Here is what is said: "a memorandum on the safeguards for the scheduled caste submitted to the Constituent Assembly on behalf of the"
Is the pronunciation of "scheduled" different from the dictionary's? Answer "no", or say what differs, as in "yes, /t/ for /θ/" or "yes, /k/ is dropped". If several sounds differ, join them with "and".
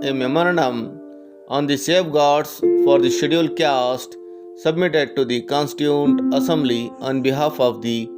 yes, /dʒ/ is dropped